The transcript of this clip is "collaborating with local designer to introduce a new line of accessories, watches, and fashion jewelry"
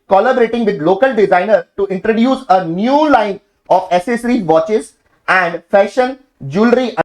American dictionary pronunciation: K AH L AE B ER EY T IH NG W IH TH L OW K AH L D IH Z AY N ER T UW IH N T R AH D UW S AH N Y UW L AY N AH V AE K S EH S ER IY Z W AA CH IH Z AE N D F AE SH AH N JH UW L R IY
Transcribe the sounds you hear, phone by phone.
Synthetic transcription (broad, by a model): K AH L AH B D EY T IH NG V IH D L OW K AH L D IH Z AY N ER T UW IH N T R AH D UW S AH N Y UW L AY N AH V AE S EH S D IY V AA CH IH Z AE N D F AE SH AH N JH UW L R IY